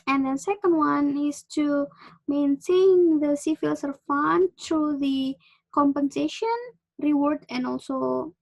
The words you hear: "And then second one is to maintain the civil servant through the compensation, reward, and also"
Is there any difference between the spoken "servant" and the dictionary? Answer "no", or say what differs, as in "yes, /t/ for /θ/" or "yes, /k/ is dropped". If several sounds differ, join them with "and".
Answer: yes, /f/ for /v/